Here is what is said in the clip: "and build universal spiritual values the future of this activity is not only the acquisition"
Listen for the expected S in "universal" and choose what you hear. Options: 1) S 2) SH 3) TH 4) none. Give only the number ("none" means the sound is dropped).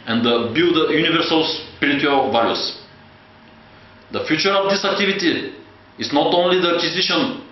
1